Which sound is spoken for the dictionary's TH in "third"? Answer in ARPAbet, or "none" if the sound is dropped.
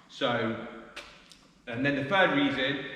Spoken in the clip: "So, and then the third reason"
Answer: F